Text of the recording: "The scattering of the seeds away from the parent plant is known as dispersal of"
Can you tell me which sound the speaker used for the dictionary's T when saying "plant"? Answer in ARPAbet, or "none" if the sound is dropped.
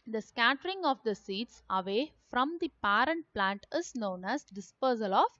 T